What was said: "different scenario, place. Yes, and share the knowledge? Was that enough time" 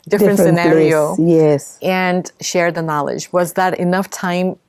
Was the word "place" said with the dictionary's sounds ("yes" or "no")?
no